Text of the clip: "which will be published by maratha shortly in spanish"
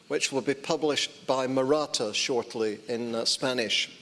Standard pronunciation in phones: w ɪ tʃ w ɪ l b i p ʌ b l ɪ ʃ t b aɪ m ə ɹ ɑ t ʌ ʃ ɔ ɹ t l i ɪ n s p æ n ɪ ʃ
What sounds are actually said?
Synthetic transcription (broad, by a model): w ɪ tʃ w ɪ l b i p ʌ b l ɪ ʃ t b aɪ m ə ɹ ɑ t ʌ ʃ ɔ ɹ t l i ɪ n s p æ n ɪ ʃ